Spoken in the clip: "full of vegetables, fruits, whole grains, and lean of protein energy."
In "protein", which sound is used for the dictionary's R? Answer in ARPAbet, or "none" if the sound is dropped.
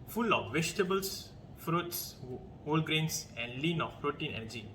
R